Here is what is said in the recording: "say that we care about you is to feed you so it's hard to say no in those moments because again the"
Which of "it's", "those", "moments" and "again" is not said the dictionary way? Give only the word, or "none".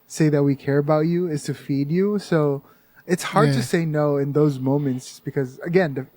none